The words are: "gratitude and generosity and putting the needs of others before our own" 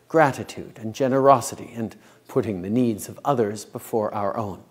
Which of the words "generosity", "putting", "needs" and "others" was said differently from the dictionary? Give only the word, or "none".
none